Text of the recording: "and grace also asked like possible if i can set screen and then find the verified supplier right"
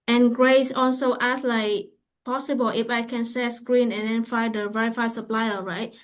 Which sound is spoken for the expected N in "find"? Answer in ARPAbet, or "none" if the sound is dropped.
none